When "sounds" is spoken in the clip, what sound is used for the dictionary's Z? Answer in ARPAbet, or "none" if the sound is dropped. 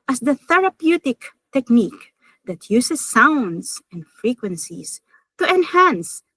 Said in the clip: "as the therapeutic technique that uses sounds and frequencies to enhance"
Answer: S